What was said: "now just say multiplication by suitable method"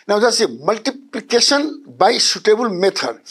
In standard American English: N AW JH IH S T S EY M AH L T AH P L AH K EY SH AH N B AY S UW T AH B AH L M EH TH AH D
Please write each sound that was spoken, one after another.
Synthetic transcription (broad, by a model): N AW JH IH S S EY M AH L T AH P L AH K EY S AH N B AY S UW T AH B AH L M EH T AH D